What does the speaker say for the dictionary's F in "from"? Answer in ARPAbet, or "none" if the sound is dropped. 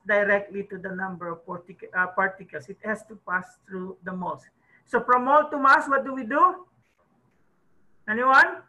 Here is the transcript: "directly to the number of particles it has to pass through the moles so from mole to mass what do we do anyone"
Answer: P